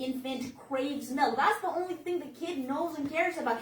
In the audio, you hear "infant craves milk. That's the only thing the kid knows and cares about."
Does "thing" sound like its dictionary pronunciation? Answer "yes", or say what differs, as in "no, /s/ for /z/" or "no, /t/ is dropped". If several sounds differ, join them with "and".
yes